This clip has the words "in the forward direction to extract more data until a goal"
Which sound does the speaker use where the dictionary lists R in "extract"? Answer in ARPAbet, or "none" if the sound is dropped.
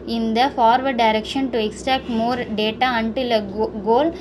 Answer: none